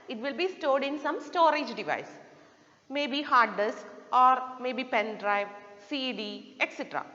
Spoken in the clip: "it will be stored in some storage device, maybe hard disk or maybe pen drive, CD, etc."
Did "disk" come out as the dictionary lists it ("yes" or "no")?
yes